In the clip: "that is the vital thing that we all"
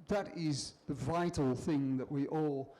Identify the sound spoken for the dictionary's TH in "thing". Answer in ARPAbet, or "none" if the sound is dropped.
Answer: TH